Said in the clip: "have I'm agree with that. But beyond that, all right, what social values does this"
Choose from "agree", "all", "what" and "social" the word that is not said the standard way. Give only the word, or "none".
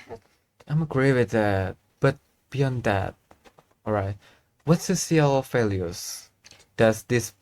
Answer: social